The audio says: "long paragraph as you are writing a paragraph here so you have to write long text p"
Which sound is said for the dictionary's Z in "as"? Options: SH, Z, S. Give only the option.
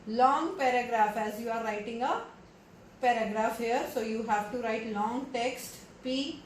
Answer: Z